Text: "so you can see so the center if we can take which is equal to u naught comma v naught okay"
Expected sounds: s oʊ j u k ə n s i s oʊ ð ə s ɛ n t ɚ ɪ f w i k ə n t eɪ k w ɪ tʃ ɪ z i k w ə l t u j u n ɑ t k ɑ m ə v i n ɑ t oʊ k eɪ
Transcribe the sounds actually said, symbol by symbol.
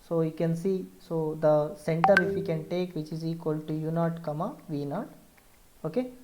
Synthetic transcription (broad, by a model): s oʊ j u k ə n s i s oʊ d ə s ɛ n t ɚ ɪ f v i k ə n t eɪ k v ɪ tʃ ɪ z i k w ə l t u j u n ɑ t k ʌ m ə v i n ɑ t oʊ k eɪ